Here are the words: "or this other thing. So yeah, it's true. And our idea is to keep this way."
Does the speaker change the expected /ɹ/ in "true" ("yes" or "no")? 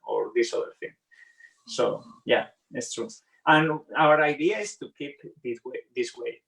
no